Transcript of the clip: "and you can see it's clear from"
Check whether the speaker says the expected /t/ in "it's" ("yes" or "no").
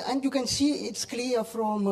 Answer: yes